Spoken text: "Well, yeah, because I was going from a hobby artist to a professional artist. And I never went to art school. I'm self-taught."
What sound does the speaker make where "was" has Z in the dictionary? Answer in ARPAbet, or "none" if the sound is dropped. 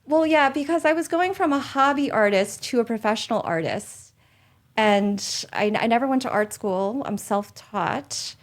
Z